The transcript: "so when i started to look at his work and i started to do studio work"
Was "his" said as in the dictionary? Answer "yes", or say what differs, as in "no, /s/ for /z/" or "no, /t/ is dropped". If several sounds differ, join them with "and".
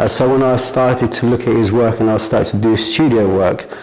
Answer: yes